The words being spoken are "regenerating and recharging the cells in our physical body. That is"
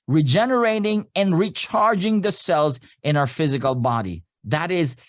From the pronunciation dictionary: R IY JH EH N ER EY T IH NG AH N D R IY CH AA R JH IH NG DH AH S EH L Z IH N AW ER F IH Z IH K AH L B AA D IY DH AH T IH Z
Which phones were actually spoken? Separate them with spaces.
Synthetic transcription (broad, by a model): R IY JH EH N ER EY T IH NG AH N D R IY CH AA R JH IH NG DH AH S EH L Z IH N AW ER F IH Z IH K AH L B AA D IY DH AH T IH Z